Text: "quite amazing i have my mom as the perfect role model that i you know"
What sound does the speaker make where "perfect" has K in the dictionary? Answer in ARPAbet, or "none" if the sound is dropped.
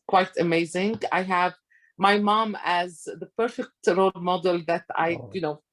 K